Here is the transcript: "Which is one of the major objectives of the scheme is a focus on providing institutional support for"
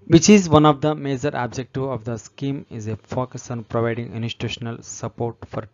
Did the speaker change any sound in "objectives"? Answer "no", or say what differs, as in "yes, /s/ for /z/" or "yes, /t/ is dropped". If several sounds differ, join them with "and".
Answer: yes, /z/ is dropped